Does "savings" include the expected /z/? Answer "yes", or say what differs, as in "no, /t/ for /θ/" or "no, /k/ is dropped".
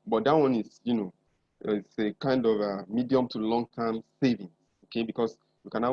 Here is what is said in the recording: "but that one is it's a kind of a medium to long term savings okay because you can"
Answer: no, /s/ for /z/